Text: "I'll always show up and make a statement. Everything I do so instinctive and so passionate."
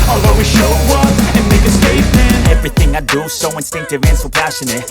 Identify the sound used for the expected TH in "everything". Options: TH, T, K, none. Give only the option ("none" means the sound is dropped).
TH